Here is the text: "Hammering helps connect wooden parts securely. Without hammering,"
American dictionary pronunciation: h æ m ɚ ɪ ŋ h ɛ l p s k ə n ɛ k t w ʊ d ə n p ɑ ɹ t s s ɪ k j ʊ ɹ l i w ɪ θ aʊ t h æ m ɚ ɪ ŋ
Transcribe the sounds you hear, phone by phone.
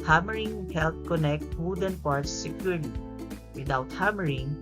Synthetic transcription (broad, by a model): h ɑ m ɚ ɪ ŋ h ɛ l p k ə n ɛ k t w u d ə n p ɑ ɹ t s s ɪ k j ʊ ɹ l i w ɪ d aʊ t h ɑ m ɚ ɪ ŋ